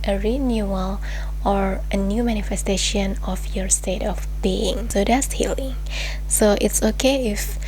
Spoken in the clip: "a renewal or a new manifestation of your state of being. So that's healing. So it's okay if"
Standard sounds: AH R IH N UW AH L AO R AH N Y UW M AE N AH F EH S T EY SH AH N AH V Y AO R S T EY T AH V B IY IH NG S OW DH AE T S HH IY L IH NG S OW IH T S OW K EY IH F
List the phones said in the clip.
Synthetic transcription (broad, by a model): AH R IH N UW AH L AO R AH N Y UW M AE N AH F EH S T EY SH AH N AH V Y AO R S T EY T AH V B IY IH NG S OW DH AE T S HH IY L IH NG S OW IH T S OW K EY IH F